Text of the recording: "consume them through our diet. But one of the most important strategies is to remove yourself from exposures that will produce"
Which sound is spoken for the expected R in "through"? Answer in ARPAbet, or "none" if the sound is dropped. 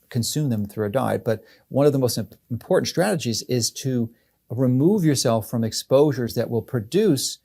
R